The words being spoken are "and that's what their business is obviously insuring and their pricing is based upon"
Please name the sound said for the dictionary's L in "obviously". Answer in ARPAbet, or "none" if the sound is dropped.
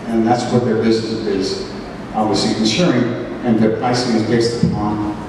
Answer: none